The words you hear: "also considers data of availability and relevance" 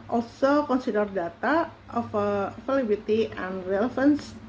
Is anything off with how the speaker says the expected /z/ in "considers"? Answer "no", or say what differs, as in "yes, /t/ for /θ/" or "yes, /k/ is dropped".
yes, /z/ is dropped